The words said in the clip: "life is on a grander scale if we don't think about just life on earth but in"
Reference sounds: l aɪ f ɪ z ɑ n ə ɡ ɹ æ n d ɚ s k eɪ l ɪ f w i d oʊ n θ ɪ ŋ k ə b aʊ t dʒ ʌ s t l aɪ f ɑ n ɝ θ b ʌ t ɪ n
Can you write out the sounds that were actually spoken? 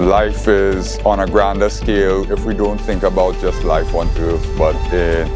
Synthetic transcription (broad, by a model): l aɪ f ɪ z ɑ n ə ɡ ɹ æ n d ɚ s k eɪ l ɪ f w i d oʊ n θ ɪ ŋ k ə b aʊ t dʒ ʌ s t l aɪ f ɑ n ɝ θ b ʌ t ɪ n